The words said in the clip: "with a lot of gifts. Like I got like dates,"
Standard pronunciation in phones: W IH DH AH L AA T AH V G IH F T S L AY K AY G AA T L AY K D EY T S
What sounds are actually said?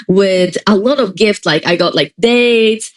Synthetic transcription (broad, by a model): W IH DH AH L AA T AH V G IH F T S L AY K AY G AA T L AY K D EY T